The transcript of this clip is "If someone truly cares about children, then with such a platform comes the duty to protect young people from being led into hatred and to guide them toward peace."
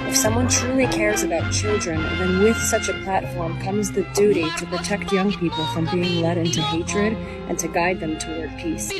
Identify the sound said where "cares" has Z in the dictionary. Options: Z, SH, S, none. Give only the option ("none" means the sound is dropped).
Z